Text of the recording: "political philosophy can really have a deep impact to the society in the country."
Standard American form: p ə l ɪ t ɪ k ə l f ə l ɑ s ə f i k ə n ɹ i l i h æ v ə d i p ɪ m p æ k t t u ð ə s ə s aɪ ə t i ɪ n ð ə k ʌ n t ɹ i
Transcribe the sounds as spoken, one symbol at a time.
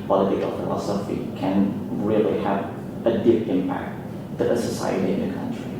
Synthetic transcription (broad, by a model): p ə l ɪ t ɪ k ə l f ə l ɑ s ə f i k ə n ɹ i l i h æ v ə d i p ɪ m p æ k t t u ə s ə s aɪ ə t i ɪ n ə k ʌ n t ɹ i